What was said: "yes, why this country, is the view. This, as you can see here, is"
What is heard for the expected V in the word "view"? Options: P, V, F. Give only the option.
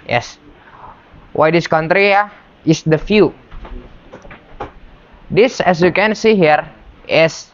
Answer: F